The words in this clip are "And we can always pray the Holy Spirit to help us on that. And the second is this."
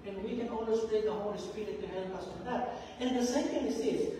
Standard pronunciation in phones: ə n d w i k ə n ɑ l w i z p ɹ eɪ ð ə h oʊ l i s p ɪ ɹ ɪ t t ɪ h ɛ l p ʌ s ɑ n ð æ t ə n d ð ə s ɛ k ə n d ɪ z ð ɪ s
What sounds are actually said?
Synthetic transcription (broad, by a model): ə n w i k ə n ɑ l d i s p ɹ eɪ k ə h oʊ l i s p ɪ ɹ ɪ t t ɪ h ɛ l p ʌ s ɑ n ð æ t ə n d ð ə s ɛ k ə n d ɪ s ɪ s